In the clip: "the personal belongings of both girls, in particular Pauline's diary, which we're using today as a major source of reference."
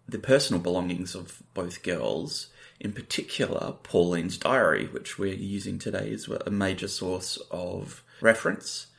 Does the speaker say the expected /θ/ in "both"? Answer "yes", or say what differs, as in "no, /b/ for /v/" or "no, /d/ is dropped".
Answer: yes